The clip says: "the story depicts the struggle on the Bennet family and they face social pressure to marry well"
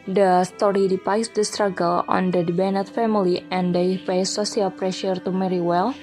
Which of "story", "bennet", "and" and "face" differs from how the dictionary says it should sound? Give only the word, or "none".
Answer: face